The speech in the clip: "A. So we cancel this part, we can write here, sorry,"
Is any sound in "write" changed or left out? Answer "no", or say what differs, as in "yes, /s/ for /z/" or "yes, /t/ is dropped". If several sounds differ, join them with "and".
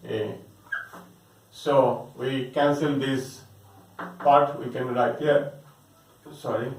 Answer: yes, /l/ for /ɹ/